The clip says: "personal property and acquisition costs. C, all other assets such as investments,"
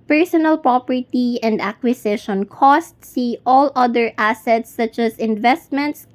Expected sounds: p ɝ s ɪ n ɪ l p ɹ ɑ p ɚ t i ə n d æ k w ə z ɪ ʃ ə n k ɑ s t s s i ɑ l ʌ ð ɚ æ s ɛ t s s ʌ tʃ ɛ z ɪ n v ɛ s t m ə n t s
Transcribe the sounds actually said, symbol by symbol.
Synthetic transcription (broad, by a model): p ɝ s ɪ n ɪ l p ɹ ɑ p ɚ t i ə n d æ k w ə s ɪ ʃ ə n k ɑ s t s s i ɑ l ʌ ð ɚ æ s ɛ t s s ʌ tʃ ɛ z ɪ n v ɛ s t m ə n t s